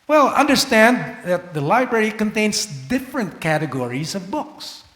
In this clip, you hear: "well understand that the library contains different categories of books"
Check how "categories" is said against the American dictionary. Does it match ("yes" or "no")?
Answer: yes